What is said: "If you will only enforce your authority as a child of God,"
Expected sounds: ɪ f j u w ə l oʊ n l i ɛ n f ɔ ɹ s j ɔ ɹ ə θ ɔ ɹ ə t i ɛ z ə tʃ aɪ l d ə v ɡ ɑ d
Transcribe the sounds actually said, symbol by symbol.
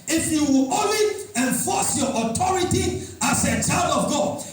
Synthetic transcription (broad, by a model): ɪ f j u w ə l oʊ n l i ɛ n f ɔ s j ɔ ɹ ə t ɔ ɹ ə t i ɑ s ə tʃ aɪ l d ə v ɡ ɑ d